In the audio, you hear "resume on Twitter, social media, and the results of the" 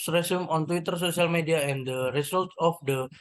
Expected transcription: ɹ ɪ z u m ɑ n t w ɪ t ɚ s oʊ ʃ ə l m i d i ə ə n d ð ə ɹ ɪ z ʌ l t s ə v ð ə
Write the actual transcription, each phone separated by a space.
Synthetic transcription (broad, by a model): ɹ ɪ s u m ɑ n t w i t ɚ s oʊ s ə l m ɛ d i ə ə n d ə ɹ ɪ s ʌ l t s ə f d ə